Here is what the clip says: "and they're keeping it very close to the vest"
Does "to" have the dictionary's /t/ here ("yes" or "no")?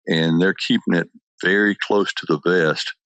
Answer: yes